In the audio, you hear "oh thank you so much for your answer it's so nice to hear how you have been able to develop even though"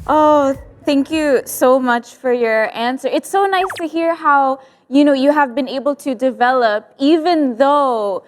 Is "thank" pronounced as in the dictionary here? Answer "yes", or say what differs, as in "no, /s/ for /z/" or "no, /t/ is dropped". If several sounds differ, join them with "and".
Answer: yes